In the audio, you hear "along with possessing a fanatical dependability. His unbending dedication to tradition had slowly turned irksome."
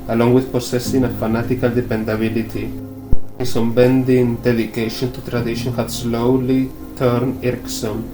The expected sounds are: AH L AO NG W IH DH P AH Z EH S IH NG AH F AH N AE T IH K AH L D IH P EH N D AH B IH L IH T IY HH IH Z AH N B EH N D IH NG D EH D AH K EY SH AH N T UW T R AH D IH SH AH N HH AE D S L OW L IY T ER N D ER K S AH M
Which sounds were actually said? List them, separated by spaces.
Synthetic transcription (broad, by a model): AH L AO NG W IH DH P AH S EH S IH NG AH F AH N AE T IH K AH L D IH P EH N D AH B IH L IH T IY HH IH S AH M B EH N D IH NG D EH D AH K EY SH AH N T UW T R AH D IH SH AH N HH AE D S L OW L IY T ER N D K S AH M